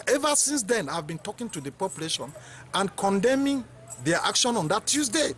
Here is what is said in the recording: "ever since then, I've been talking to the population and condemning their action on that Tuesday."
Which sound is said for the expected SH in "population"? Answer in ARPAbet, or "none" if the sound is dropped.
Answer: SH